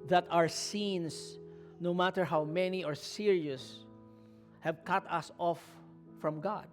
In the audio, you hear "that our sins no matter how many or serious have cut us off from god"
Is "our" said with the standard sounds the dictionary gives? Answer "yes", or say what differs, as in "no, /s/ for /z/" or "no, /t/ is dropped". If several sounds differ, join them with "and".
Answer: yes